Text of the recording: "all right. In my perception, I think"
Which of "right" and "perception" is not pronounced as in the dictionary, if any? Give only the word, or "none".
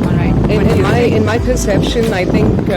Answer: right